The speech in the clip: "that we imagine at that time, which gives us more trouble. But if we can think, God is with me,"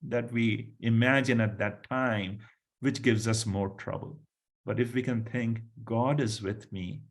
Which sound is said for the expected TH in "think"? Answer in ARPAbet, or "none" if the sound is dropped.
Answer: T